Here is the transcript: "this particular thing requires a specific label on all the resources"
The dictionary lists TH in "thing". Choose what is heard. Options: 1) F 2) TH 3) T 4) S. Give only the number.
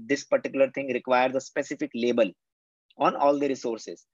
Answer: 3